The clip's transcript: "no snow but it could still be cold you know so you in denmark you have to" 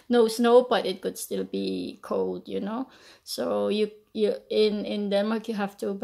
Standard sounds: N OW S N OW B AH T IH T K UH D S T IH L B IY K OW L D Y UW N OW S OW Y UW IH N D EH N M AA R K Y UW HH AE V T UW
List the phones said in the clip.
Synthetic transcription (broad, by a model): N OW S N OW B AH T IH T K UH D S T IH L B IY K OW L D Y UW N OW S OW Y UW IH N D EH N M AA R K Y UW HH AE F T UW